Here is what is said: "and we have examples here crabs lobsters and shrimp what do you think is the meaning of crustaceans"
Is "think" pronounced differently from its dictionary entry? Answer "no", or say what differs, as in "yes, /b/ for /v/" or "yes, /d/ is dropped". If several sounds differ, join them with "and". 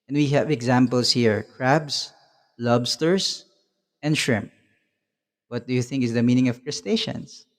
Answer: no